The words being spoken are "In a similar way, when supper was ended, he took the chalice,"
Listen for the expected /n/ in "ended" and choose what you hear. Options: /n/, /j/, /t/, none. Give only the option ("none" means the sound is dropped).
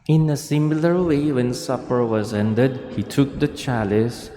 /n/